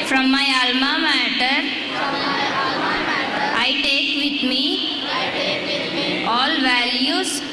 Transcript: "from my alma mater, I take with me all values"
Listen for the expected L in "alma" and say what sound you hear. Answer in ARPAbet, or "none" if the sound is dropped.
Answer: L